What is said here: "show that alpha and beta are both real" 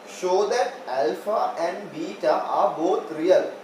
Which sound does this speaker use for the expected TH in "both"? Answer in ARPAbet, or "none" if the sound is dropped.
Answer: T